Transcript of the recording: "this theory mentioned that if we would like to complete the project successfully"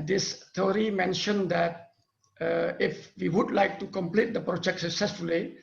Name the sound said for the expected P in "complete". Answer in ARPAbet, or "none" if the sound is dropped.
P